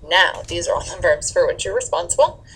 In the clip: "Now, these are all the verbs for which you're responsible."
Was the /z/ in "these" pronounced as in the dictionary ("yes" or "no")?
yes